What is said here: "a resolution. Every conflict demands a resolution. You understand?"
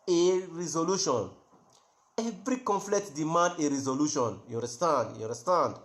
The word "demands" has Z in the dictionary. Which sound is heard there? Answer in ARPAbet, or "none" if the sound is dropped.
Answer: none